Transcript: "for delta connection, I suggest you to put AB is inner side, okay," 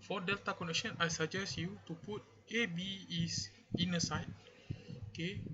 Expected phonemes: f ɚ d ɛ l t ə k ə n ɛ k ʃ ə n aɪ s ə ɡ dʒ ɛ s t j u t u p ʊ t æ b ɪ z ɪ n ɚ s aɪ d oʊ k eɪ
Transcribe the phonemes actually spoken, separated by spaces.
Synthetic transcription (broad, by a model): f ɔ d ɛ l t ə k ə n ɛ k ʃ ə n aɪ s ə dʒ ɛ s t j u t u p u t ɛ b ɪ s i n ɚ s aɪ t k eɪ